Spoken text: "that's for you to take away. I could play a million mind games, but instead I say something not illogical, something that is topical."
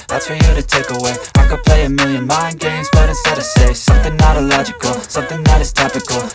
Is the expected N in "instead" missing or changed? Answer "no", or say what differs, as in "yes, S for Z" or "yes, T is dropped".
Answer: yes, N is dropped